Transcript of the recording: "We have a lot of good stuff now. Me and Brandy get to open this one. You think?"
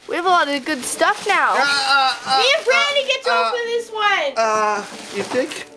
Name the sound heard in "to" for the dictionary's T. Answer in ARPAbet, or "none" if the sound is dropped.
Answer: S